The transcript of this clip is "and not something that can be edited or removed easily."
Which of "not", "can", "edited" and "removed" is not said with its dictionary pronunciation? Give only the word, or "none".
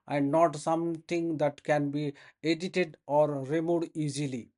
removed